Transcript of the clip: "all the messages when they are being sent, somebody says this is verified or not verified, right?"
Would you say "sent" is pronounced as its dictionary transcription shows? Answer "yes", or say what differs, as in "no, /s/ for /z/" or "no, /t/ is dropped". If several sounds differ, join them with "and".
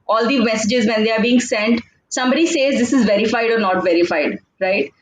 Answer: yes